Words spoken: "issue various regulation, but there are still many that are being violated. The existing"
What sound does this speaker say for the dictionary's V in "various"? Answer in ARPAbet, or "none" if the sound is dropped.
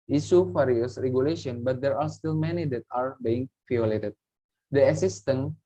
F